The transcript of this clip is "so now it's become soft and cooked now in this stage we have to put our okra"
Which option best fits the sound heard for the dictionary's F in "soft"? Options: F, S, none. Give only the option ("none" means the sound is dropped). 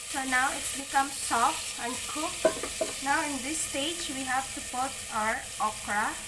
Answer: F